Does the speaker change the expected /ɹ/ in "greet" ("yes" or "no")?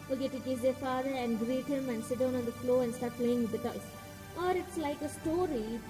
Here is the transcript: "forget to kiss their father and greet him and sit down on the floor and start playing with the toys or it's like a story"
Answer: no